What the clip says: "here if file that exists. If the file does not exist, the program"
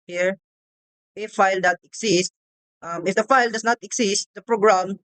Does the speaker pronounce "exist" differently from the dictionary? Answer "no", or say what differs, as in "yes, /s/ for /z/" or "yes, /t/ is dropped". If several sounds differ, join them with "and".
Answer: yes, /s/ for /z/